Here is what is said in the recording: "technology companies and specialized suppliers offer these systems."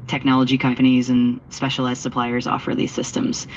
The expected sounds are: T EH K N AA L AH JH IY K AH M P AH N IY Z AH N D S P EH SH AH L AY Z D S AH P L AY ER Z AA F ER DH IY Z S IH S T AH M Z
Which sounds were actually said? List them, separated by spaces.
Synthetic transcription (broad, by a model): T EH K N AA L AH JH IY K AH M P AH N IY Z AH N S P EH SH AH L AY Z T S AH P L AY ER Z AA F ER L IY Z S IH S T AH M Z